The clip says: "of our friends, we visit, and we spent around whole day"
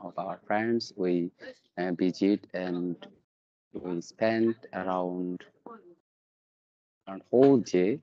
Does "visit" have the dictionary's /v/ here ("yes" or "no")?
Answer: no